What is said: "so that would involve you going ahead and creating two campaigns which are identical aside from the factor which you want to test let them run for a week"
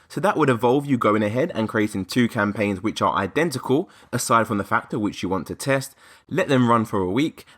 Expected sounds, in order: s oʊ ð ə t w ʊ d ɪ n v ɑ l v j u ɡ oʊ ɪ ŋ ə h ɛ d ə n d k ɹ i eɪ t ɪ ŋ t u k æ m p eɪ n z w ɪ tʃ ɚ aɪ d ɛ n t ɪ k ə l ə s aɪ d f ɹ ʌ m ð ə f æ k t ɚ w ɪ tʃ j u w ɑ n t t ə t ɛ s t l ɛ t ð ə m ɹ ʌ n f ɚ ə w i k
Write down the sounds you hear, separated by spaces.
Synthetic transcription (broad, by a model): s oʊ ð ə t w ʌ d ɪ v ɑ l v j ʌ ɡ oʊ ɪ ŋ ə h ɛ d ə n k ɹ i eɪ t ɪ ŋ t u k æ m p eɪ n z w ɪ tʃ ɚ aɪ d ɛ n t ɪ k ə l ə s aɪ d f ɹ ʌ m ð ə f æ k t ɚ w ɪ tʃ j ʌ w ɑ n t t ə t ɛ s t l ɛ t ð ə m ɹ ʌ n f ɚ ə w i k